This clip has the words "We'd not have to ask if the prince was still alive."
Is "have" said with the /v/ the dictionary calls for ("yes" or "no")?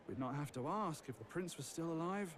no